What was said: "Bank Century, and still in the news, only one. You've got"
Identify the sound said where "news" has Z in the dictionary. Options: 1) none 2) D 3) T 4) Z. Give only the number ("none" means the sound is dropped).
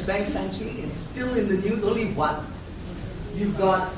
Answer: 4